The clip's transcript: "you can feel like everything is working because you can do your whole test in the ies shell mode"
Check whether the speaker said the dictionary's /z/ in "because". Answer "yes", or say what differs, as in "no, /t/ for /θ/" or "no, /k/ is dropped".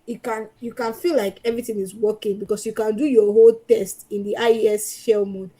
no, /s/ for /z/